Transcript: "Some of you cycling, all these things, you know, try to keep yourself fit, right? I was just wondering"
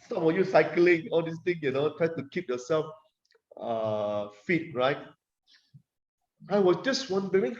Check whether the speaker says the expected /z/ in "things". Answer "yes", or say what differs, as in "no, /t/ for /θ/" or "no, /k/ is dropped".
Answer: no, /z/ is dropped